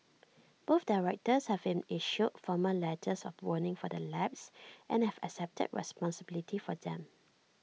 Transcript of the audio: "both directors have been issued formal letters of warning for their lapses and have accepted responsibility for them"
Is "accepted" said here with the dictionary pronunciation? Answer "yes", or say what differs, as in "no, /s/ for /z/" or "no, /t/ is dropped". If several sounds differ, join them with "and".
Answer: yes